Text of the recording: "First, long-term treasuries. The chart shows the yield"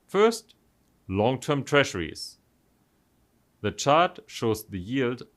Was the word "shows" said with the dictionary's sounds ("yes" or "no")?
yes